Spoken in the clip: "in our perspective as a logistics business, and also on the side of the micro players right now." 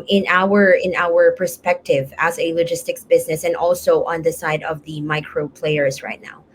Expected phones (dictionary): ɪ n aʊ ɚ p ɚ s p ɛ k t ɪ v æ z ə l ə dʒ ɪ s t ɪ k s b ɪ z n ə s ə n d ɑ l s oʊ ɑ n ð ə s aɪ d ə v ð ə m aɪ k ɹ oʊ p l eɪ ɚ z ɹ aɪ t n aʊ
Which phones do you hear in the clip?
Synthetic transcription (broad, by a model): ɪ n aʊ ɚ p ɚ s p ɛ k t ɪ v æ z ə l ə dʒ ɪ s t ɪ k s b ɪ z n ə s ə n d ɑ l s oʊ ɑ n ð ə s aɪ d ə v ð ə m aɪ k ɹ oʊ p l eɪ ɚ z ɹ aɪ t n aʊ